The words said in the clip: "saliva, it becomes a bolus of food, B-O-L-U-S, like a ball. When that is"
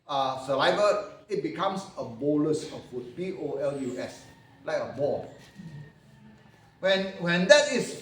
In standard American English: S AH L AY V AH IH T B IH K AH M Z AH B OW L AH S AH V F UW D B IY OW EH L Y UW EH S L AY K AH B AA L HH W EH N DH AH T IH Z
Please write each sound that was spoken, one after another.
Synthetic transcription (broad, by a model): S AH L AY V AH IH T B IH K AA M S AH B OW L AH S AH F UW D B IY OW EH L Y UW EH S L AY K AH B AA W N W EH N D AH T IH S